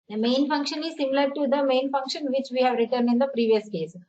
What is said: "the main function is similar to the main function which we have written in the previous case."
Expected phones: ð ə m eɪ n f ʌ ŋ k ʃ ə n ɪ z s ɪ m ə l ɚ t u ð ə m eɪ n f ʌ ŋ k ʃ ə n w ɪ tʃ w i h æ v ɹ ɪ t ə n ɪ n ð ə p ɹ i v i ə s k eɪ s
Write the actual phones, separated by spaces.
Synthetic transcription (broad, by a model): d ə m eɪ n f ʌ ŋ k ʃ ə n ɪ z s ɪ m ə l ɚ t u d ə m eɪ n f ʌ ŋ k ʃ ə n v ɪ tʃ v i h æ v ɹ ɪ t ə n ɪ n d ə p ɹ i v i ə s k eɪ s